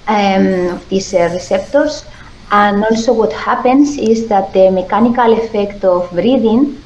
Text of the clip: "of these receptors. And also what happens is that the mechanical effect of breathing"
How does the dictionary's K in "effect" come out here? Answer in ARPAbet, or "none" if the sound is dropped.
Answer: K